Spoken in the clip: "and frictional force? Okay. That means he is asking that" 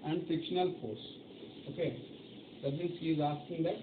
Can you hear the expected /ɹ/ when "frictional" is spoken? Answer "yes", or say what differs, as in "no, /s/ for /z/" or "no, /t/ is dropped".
no, /ɹ/ is dropped